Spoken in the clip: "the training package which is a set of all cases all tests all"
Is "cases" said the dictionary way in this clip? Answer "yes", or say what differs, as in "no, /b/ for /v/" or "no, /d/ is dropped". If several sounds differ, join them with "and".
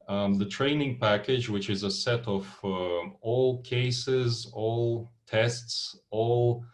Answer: yes